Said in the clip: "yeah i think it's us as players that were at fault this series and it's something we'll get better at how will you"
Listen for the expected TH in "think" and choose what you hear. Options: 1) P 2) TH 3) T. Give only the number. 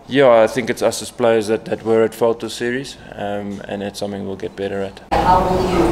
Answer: 2